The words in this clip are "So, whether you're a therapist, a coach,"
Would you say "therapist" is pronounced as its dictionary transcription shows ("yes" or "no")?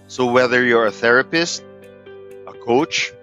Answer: yes